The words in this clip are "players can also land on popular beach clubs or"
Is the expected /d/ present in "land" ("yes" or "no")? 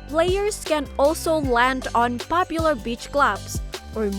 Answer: yes